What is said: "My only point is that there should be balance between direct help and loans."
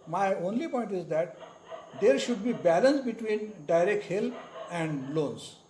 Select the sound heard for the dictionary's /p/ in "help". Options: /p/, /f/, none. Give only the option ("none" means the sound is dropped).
none